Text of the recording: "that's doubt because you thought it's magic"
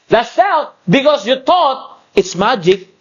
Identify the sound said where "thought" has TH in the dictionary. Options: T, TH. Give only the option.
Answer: T